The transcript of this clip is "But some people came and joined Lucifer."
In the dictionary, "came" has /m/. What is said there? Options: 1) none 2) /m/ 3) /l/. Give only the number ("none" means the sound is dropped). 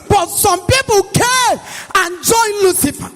1